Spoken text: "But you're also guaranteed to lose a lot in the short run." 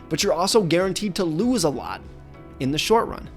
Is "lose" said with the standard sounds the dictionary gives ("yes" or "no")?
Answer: yes